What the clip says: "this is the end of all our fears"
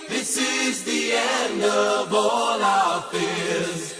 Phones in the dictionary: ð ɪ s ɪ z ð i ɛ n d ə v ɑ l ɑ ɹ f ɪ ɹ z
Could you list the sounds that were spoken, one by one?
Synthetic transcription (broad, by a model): ð ɪ s ɪ z ð i ɛ n d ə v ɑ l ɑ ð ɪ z